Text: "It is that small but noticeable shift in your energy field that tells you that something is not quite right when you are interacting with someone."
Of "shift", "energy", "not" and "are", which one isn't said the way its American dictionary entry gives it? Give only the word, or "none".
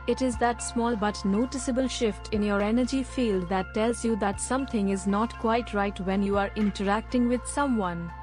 none